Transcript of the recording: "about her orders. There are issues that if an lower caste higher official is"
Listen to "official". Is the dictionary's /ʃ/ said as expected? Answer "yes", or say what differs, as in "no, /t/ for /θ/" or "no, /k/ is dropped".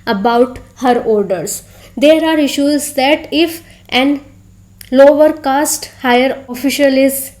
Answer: yes